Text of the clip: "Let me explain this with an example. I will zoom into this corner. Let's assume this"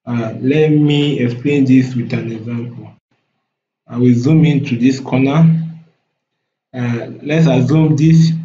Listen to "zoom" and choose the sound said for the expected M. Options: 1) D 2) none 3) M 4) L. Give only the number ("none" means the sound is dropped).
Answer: 3